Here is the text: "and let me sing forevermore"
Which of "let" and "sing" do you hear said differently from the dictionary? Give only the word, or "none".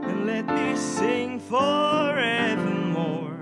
none